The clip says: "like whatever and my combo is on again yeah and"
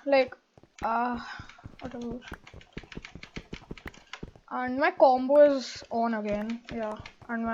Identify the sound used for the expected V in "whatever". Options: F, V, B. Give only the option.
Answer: B